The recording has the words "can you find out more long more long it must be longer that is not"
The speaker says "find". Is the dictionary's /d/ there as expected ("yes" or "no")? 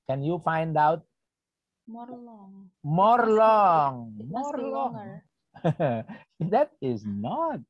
yes